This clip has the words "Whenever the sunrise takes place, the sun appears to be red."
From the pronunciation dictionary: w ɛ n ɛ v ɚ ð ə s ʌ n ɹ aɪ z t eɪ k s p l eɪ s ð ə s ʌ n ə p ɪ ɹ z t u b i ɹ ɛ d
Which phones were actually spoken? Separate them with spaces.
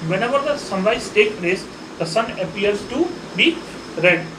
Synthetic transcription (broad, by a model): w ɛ n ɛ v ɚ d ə s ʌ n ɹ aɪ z t eɪ k p l eɪ s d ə s ʌ n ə p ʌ ɹ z t u b i ɹ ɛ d